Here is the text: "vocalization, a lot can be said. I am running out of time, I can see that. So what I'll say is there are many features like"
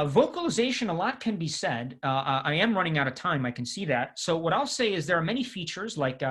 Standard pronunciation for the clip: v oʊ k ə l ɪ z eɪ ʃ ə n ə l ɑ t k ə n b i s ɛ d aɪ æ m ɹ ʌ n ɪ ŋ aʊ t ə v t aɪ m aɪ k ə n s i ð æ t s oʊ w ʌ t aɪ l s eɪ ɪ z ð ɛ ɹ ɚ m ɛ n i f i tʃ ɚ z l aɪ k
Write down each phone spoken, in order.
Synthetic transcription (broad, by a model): v oʊ k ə l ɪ z eɪ ʃ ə n ə l ɑ t k ə n b i s ɛ d aɪ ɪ m ɹ ʌ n ɪ ŋ aʊ t ə v t aɪ m aɪ k ə n s i ð æ t s oʊ w ʌ t aɪ l s eɪ ɪ z ð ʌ ɹ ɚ m ɛ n i f i tʃ ɚ z l aɪ k